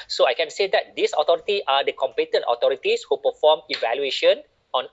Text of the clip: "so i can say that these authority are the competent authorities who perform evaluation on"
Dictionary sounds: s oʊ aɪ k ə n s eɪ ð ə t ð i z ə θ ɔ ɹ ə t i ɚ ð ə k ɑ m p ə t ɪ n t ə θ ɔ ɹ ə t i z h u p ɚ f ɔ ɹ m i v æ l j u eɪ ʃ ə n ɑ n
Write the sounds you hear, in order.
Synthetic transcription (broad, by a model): s oʊ aɪ k ə n s eɪ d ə t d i s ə t ɔ ɹ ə t i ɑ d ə k ɑ m p ə t ɪ n t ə t ɔ ɹ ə t i s h u p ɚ f ɔ m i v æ l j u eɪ ʃ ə n ɑ n